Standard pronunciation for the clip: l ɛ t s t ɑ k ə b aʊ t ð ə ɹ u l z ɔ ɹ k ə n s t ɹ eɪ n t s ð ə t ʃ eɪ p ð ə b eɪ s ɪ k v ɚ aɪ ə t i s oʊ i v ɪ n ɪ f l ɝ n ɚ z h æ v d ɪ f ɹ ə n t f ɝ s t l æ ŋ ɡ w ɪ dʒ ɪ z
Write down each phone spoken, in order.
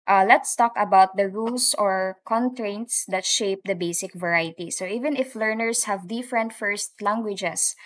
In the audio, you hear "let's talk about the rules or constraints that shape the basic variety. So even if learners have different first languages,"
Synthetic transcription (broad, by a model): l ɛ t s t ɑ k ə b aʊ t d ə ɹ u l s ɔ ɹ k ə n t ɹ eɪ n t s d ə t ʃ eɪ p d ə b eɪ s ɪ k v ɚ aɪ ə t i s oʊ i v ɪ n ɪ f l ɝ n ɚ s h æ v d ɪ f ɹ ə n t f ɝ s t l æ ŋ ɡ w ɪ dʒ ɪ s